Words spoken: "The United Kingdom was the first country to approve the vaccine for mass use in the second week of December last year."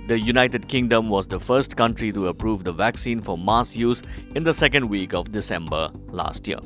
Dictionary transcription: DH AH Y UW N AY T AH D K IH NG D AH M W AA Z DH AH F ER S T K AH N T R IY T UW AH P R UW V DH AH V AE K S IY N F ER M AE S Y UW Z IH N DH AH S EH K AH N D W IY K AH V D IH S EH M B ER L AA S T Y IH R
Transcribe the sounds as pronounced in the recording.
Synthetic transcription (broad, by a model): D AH Y UW N AY T AH D K IH NG D AH M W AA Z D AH F ER S T K AH N T R IY T UW AH P R UW V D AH V AE K S IY N F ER M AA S Y UW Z IH N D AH S EH K AH N D W IY K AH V D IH S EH M B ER L AA S T Y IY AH